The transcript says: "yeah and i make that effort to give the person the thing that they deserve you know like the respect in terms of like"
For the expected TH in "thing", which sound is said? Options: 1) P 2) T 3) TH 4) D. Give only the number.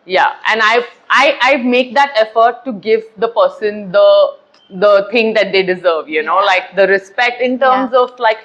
2